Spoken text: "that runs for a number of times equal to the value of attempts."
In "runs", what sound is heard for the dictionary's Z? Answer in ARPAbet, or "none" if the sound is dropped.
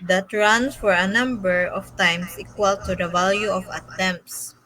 S